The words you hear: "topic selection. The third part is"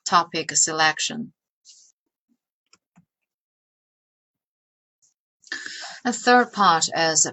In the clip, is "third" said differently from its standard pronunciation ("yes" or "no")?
no